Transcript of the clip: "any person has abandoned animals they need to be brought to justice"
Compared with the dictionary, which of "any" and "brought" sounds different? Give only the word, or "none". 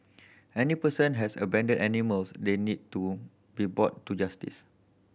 brought